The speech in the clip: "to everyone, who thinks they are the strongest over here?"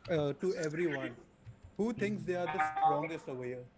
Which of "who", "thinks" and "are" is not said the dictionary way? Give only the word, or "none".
thinks